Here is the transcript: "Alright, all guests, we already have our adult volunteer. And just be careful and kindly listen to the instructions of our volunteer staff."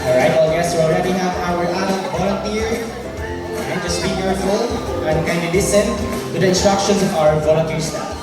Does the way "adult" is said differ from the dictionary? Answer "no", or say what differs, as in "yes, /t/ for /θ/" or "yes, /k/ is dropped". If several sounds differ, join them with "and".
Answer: yes, /l/ is dropped